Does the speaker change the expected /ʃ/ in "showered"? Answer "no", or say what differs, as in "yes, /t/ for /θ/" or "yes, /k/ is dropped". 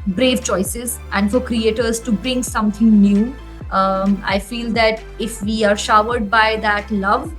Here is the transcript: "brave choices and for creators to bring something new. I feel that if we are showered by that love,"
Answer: no